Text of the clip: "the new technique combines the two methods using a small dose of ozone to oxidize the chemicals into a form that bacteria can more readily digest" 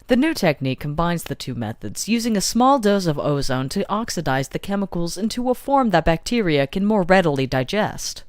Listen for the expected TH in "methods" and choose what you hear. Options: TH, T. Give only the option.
TH